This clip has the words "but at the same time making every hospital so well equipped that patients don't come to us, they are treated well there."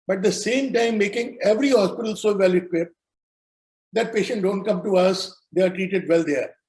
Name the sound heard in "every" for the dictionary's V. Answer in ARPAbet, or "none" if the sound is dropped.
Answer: V